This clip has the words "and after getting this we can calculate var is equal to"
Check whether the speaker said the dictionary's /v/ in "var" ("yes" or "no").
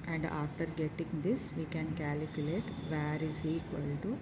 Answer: yes